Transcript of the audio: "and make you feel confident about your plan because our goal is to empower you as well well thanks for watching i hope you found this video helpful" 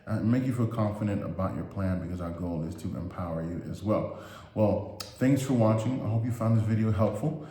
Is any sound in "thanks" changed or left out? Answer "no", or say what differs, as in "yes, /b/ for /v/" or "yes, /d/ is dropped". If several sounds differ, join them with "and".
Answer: no